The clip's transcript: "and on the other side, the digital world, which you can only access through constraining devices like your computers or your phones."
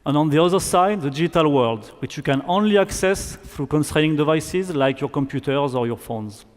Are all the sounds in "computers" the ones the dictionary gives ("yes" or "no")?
yes